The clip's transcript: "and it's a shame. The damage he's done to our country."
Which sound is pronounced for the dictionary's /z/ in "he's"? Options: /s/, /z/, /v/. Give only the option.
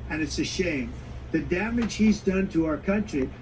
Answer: /z/